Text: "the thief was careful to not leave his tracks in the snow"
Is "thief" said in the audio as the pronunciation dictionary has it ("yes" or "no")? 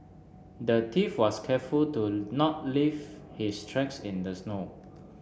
no